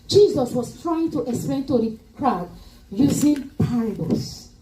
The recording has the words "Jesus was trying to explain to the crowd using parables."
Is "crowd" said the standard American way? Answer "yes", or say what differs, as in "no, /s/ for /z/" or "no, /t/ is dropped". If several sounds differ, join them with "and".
yes